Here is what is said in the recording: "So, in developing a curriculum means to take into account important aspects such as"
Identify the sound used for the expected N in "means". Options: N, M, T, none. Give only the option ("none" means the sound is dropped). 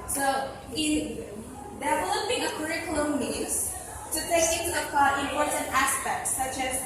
none